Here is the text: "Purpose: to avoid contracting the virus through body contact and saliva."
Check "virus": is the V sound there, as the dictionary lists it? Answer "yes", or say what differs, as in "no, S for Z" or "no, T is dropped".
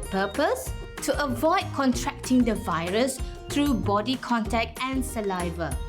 yes